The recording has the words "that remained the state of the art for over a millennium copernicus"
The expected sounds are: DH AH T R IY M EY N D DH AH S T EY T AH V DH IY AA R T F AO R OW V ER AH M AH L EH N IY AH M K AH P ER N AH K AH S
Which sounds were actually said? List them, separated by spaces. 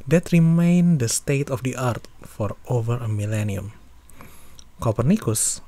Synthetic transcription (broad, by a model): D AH T R IY M EY N D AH S T EY T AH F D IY AA R T F AO R OW V ER AH M AH L EH N IY AH M K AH P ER N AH K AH S